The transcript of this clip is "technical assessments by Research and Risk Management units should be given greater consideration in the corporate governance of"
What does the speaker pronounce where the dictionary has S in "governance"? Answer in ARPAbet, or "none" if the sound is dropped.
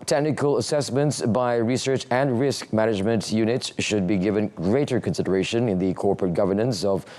S